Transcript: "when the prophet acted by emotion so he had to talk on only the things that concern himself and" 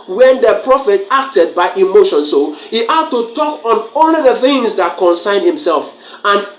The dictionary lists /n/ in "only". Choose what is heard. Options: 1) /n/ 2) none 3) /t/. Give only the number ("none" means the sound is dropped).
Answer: 2